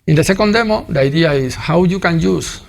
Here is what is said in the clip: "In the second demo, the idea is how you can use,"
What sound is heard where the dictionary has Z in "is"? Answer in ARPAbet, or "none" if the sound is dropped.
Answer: S